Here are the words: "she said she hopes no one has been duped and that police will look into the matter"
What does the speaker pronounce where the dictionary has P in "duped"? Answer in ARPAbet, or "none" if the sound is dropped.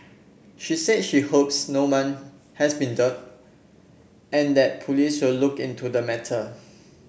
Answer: none